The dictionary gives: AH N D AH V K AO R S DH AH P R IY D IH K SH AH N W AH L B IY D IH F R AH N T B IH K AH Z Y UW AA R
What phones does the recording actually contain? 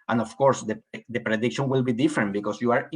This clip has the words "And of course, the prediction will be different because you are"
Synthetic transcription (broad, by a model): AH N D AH F K AO R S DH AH P R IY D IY K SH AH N W AH L B IY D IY F R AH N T B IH K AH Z Y UW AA R